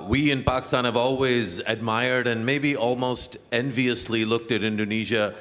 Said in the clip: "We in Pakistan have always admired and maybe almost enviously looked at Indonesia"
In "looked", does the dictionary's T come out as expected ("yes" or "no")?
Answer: yes